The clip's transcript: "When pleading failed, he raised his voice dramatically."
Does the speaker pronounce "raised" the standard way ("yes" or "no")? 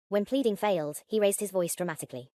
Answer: yes